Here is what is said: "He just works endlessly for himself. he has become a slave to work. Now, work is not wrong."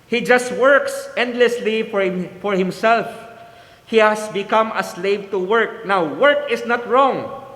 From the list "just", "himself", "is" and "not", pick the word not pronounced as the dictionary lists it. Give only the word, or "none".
is